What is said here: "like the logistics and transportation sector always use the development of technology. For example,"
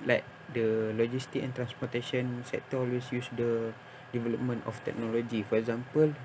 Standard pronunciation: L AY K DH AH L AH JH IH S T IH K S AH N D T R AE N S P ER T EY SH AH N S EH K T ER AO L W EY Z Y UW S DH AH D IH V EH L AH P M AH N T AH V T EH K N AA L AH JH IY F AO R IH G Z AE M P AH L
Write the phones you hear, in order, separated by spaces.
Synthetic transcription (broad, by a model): L AY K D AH L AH JH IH S T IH K AH N T R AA N S P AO T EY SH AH N S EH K T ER AO L W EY S Y UW S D AH D IH V EH L AH P M AH N T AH F T EH K N AA L AH JH IY F AO R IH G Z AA M P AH L